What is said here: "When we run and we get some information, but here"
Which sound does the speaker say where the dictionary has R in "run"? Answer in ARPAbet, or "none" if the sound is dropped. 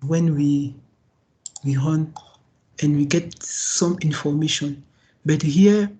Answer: W